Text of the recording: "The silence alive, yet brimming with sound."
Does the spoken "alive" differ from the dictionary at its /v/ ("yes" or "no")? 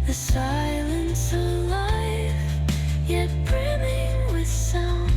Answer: yes